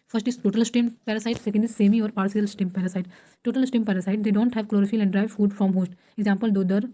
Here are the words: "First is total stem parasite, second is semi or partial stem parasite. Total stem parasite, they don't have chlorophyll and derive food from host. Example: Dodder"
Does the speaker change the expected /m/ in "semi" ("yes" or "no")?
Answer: no